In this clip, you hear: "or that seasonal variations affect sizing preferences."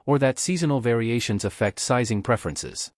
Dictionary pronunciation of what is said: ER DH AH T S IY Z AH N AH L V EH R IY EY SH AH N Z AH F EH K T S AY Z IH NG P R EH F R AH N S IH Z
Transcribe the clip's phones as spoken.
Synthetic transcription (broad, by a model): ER DH AH T S IY Z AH N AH L V EH R IY EY SH AH N Z AH F EH K T S AY Z IH NG P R EH F R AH N S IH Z